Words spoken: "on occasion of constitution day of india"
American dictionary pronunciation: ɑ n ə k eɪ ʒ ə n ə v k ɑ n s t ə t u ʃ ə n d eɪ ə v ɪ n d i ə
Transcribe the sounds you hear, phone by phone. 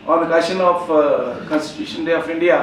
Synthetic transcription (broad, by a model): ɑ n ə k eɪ ʃ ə n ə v k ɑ n s t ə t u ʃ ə n d eɪ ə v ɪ n d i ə